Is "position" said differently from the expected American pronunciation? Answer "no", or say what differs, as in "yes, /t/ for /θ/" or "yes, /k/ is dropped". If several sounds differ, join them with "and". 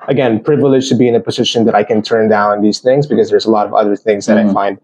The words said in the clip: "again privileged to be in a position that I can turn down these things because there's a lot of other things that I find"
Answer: no